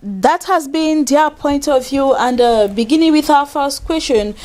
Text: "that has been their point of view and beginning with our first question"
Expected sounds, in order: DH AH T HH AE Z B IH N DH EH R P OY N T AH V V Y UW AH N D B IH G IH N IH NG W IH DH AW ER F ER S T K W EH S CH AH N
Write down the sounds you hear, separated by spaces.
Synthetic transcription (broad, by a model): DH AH T HH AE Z B IH N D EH P OY N T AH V V Y UW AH N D B IH G IH N IH NG W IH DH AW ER F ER S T K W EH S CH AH N